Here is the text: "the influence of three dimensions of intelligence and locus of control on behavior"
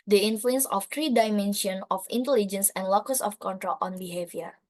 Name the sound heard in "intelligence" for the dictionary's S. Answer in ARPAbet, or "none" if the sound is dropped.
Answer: S